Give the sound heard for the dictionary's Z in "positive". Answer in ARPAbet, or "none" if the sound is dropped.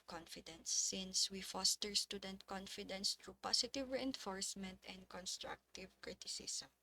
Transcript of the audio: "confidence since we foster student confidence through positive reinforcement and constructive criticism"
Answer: S